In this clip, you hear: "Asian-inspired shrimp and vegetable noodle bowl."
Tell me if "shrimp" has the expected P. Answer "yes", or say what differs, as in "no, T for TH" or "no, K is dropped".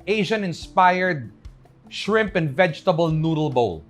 yes